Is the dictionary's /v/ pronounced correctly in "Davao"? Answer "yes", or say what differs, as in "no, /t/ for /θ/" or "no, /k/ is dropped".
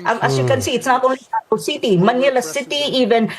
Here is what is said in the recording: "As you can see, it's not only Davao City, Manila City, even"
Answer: no, /v/ is dropped